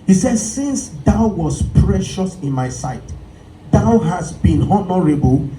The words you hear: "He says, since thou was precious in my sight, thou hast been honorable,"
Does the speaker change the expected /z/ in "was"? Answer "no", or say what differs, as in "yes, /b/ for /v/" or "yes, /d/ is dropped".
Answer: yes, /s/ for /z/